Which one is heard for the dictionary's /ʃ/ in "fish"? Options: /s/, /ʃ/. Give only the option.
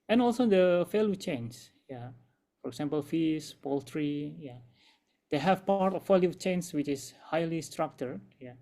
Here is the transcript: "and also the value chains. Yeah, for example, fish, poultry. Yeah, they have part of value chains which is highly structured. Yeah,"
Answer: /s/